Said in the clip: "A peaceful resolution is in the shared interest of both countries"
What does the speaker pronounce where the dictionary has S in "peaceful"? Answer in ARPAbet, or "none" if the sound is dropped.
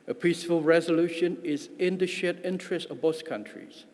S